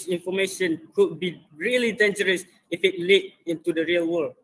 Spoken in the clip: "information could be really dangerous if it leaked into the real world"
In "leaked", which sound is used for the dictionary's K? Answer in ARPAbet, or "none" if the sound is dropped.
none